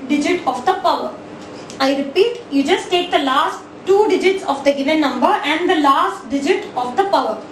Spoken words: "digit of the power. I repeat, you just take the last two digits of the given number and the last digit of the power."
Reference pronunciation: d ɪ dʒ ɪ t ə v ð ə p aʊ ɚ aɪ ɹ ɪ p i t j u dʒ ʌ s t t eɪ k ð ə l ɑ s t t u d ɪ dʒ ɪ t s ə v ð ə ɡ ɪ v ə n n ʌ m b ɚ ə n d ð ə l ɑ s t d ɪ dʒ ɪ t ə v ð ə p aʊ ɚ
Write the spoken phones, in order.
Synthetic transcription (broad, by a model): d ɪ dʒ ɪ t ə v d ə p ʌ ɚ aɪ ɹ ɪ p i t j u dʒ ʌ s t t eɪ k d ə l ɑ s t t u d ɪ dʒ ɪ t s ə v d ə ɡ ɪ v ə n n ʌ m b ɚ ə n d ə l ɑ s t d ɪ dʒ ɪ t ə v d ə p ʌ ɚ